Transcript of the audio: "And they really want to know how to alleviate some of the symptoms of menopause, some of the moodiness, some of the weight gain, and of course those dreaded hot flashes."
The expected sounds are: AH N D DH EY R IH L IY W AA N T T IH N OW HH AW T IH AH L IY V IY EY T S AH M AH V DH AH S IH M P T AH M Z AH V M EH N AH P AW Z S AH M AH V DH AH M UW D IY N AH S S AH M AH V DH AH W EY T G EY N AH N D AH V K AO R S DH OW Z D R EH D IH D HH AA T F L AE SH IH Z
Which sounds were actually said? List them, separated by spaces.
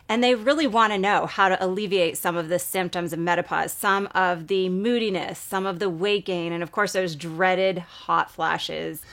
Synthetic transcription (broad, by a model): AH N DH EY R IH L IY W AA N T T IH N OW HH AW T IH AH L IY V IY EY T S AH M AH V DH AH S IH M P T AH M Z AH V M EH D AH P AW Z S AH M AH V DH AH M UW D IY N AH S S AH M AH V DH AH W EY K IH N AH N AH V K AO R S DH OW Z D R EH D IH D HH AA T F L AE SH IH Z